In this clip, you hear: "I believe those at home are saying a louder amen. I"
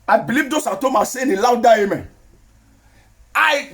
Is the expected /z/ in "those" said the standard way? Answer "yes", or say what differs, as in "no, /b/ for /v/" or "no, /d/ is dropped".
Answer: no, /s/ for /z/